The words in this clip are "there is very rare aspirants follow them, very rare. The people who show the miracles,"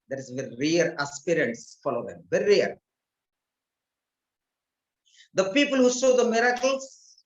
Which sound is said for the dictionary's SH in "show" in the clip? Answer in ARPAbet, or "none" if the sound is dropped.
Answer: S